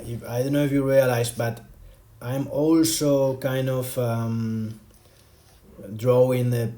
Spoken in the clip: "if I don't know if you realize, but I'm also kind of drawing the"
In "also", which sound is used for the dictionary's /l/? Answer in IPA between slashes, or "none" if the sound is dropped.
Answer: /l/